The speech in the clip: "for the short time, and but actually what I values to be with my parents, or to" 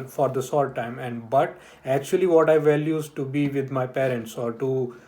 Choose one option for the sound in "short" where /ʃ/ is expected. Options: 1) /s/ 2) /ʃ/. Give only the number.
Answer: 1